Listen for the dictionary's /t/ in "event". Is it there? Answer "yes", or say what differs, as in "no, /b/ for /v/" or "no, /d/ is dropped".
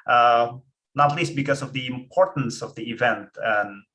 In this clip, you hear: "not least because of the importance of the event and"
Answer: yes